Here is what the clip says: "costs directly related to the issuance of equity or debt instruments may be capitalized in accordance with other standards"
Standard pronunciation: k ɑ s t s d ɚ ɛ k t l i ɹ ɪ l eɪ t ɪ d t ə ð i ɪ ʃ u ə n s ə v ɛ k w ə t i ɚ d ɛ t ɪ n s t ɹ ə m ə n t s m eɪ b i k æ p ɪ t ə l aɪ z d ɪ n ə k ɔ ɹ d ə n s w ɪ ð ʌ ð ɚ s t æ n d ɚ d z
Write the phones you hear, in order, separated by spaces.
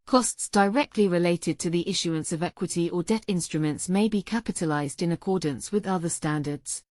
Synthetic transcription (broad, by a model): k ɑ s t s d ɚ ɛ k t l i ɹ ɪ l eɪ t ɪ d t ə ð i ɪ ʃ u ə n s ə v ɛ k w ə t i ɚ d ɛ t ɪ n s t ɹ ə m ə n t s m eɪ b i k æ p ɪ t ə l aɪ z d ɪ n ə k ɔ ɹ d n s w ɪ ð ʌ ð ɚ s t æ n d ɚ d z